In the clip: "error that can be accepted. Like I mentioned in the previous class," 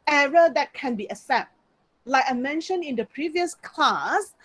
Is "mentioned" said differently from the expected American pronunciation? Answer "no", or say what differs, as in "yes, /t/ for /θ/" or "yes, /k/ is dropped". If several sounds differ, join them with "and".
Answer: yes, /d/ is dropped